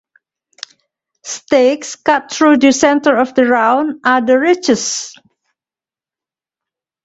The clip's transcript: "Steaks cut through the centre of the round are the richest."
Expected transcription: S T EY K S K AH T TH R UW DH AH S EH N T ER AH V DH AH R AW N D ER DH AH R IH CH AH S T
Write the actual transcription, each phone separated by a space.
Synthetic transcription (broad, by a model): S T EY K S K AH T R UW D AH S EH N T ER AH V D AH R AW N AA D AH R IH CH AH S